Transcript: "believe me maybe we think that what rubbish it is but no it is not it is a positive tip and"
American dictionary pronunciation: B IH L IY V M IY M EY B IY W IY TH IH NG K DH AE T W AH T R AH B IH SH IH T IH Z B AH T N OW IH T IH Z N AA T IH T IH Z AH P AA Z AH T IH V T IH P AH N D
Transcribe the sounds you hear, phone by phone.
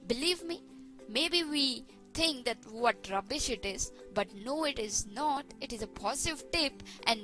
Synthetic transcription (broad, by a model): B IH L IY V M IY M EY B IY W IY T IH NG K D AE T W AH T R AH B IH SH IH T IH Z B AH T N OW IH T IH Z N AA T IH T IH Z AH P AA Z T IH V T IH P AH N D